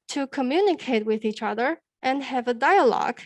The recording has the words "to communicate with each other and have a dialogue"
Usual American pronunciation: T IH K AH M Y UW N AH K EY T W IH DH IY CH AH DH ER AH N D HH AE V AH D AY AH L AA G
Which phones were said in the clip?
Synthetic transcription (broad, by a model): T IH K AH M Y UW N AH K EY T W IH DH IY CH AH DH ER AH N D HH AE V AH D AY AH L AA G